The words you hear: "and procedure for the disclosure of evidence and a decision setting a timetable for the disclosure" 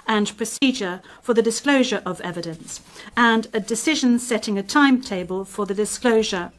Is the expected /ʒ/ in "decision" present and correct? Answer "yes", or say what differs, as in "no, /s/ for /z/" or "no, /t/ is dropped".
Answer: yes